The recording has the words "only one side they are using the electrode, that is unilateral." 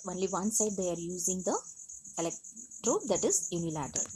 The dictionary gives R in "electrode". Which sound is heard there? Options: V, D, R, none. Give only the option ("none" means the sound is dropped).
R